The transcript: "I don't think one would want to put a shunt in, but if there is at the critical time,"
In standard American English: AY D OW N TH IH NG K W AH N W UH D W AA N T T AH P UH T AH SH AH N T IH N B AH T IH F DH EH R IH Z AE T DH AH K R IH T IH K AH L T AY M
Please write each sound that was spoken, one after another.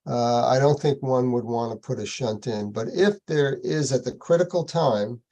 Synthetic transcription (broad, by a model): AY D OW N TH IH NG K W AH N W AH D W AA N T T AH P UH T AH SH AH N T IH N B AH T IH F DH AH R IH Z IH T DH AH K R IH T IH K L T AY M